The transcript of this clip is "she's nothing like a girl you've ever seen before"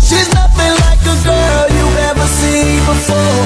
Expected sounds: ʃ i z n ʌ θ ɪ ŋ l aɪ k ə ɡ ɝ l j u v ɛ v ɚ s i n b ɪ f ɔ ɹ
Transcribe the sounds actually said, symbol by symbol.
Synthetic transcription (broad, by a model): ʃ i z n ʌ θ ɪ ŋ l aɪ k ə ɡ ɝ l j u ɛ v ɚ s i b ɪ f ɔ ɹ